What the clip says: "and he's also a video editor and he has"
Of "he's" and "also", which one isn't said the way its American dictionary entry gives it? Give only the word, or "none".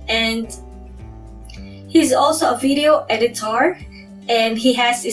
none